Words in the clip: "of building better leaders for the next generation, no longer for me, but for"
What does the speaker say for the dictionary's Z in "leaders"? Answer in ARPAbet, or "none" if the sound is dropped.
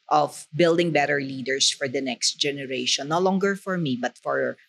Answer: S